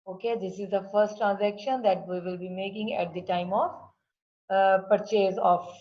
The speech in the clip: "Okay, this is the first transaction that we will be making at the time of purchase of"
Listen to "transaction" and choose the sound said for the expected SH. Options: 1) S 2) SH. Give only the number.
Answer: 2